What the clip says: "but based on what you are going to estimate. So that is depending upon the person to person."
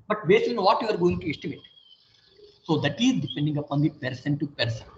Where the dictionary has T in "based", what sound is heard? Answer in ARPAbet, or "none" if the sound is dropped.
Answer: none